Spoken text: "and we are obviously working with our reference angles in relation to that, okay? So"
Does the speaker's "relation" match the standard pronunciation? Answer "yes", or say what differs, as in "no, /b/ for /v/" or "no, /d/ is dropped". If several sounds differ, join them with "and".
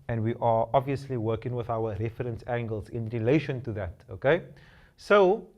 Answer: yes